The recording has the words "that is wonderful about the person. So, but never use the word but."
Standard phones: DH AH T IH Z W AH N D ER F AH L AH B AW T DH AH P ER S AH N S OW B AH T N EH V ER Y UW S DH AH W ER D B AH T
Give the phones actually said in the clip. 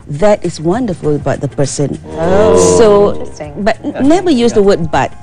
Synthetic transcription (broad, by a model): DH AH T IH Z W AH N D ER F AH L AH B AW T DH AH P ER S AH N S OW B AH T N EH B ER Y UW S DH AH W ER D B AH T